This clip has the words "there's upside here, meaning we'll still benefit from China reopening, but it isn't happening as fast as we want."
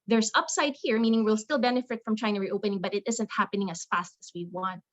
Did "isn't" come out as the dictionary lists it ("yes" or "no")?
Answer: yes